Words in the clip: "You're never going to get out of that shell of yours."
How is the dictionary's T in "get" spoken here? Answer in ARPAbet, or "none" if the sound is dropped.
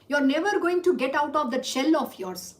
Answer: T